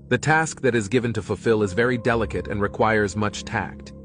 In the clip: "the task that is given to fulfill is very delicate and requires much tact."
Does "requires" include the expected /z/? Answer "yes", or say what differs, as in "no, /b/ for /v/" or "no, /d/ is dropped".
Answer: yes